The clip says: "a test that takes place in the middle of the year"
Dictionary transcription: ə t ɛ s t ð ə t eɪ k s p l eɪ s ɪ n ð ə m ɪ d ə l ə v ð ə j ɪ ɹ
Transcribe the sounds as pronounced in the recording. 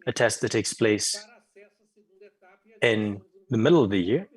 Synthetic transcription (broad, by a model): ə t ɛ s t ð ə t eɪ k s p l eɪ s ɪ n ð ə m ɪ d l ə v ð ə j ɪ ɹ